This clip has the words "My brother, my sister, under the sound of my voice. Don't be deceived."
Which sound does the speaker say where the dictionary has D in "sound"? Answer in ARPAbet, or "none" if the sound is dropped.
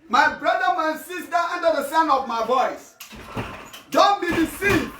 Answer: none